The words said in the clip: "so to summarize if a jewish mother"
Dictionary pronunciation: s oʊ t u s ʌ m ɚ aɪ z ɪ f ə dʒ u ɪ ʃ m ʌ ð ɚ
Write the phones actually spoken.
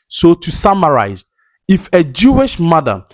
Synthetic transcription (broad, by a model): s oʊ t u s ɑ m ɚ aɪ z ɪ f ə dʒ u ɪ ʃ m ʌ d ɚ